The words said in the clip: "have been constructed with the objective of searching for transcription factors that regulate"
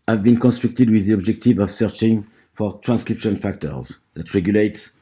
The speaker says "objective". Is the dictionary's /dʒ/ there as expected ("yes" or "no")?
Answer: yes